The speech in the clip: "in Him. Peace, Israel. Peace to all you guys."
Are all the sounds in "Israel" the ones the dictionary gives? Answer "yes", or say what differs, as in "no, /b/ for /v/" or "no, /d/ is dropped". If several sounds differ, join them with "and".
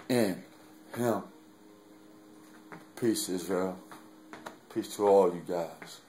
no, /ɹ/ is dropped